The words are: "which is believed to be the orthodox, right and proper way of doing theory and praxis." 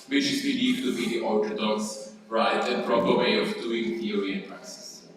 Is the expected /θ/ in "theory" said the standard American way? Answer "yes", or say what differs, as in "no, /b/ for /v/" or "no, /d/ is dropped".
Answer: no, /t/ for /θ/